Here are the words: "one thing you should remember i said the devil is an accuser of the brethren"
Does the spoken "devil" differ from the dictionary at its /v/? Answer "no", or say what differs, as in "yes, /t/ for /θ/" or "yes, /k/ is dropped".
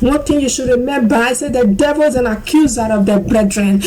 no